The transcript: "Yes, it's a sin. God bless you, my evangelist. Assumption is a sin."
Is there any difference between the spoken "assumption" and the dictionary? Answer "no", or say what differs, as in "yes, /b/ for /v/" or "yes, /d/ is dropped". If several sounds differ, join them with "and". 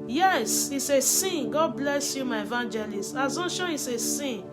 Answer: yes, /n/ is dropped